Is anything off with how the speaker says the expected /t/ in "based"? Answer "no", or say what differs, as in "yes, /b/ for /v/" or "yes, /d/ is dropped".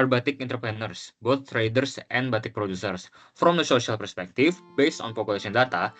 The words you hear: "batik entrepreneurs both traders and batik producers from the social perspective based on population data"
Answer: no